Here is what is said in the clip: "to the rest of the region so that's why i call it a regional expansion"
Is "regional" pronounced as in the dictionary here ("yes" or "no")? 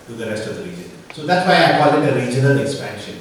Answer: yes